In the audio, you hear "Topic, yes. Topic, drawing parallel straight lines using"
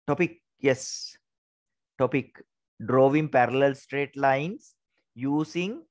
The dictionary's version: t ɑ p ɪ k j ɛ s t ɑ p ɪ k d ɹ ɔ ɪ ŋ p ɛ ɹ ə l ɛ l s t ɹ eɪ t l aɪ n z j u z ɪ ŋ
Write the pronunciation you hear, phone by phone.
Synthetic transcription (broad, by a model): t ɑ p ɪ k j ɛ s t ɑ p ɪ k d ɹ ɔ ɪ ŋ p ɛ ɹ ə l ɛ l s t ɹ eɪ t l aɪ n s j u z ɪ ŋ